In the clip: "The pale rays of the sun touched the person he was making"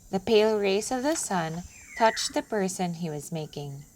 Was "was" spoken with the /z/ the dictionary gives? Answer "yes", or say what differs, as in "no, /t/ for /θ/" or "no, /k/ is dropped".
yes